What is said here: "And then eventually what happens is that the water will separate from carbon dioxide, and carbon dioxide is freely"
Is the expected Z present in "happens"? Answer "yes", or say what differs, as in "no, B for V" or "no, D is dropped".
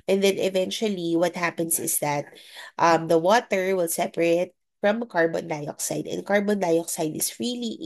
no, S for Z